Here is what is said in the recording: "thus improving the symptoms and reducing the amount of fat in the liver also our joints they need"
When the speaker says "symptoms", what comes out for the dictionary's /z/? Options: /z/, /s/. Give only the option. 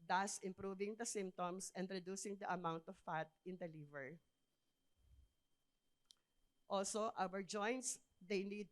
/s/